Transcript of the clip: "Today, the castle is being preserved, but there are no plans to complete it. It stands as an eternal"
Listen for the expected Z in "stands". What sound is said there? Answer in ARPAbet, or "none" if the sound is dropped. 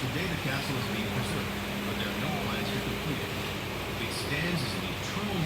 Z